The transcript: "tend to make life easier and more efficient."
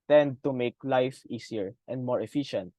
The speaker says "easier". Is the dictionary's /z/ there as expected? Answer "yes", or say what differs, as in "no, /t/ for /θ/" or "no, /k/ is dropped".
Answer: no, /s/ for /z/